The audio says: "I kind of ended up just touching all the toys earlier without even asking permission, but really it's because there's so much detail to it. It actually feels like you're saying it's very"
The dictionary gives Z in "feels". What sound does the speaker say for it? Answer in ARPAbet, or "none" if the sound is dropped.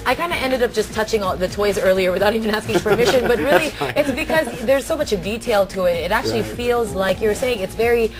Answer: Z